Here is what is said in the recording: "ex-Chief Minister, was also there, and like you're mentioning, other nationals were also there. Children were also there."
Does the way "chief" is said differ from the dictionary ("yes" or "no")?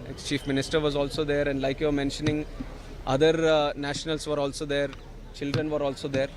no